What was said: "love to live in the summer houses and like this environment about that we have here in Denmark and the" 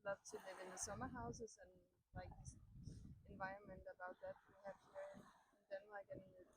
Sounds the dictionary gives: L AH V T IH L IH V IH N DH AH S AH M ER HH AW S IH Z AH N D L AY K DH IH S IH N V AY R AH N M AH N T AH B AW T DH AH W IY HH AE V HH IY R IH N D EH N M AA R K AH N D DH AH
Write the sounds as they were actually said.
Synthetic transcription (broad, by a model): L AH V S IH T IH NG IH N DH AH S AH M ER HH AW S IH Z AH N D L AY K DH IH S IH N V AY R AH N M AH N T AH B AW T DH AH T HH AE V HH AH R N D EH N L AA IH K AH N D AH